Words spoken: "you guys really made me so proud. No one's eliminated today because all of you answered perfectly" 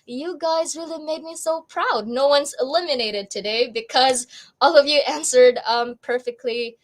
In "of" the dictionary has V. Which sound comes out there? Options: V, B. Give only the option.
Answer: V